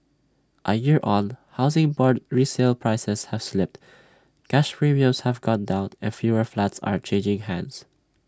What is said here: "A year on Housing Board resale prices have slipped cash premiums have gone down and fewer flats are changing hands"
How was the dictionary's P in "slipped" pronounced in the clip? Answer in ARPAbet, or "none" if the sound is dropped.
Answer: P